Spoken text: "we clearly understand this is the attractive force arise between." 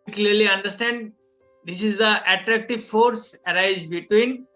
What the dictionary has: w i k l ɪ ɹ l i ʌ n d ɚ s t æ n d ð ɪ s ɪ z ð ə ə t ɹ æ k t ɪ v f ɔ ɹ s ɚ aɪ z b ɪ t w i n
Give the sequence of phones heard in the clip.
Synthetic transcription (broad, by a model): k l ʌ ɹ l i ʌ n d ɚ s t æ n d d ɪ s ɪ z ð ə ə t ɹ æ k t ɪ v f ɔ ɹ s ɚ aɪ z b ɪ t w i n